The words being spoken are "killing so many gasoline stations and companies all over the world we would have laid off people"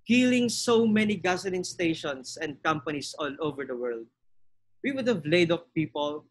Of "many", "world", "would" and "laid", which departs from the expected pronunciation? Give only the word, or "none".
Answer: none